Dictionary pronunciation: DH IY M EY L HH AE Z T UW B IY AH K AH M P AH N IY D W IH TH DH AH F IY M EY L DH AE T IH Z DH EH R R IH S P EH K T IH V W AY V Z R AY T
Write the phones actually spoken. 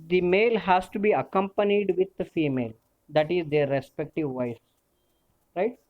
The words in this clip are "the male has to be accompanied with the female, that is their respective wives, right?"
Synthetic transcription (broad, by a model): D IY M EY L HH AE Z T UW B IY AH K AH M P AH N IY D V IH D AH F IY M EY L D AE T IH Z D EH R R IH S P EH K T IH V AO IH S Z R AY T